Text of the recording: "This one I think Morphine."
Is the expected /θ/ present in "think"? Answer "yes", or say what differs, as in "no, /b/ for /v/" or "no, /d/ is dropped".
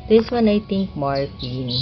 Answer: no, /t/ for /θ/